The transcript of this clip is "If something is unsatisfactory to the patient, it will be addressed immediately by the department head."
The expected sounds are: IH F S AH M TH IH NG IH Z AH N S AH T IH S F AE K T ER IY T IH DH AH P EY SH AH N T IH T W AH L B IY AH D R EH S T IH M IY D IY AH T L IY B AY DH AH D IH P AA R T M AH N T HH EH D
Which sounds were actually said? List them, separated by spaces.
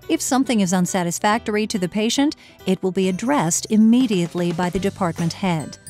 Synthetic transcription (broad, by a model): IH F S AH M TH IH NG IH Z AH N S AH T IH S F AE K T ER IY T IH DH AH P EY SH AH N T IH T W AH L B IY AH D R EH S T IH M IY D IY AH T L IY B AY DH AH D IH P AA R T M AH N T HH EH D